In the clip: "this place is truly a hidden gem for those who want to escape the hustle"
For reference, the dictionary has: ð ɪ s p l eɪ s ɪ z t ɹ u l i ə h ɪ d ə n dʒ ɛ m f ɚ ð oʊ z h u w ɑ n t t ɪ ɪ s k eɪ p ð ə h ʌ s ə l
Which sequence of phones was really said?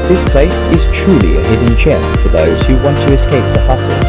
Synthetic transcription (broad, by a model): ð ɪ s p l eɪ s ɪ z t ɹ u l i ə h ɪ d n tʃ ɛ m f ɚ ð oʊ z h u w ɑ n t t ɪ ɪ s k eɪ p ð ə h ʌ s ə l